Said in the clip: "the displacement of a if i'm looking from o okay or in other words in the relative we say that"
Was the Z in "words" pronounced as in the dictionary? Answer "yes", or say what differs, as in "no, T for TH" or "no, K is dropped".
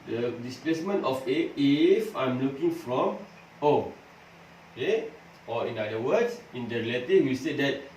no, S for Z